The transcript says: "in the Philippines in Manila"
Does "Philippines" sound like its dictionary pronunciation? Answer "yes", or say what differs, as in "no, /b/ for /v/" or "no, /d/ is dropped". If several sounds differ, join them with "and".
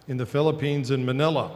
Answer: yes